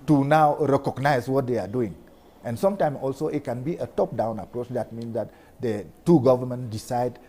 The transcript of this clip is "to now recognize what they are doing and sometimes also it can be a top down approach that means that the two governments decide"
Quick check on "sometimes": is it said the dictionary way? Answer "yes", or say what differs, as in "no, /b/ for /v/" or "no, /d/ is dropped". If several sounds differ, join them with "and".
no, /z/ is dropped